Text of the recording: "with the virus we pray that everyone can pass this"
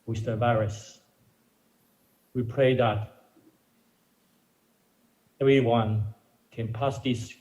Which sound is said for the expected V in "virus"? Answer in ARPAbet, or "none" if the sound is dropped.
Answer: B